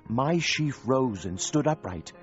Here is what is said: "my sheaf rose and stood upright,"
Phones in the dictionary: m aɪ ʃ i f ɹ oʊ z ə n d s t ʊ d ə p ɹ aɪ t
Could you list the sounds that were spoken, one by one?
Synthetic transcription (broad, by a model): m aɪ ʃ i f ɹ oʊ z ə n s t ʊ d ə p ɹ aɪ t